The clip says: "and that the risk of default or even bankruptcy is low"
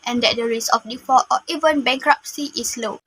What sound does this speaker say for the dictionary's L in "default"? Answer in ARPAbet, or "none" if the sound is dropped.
none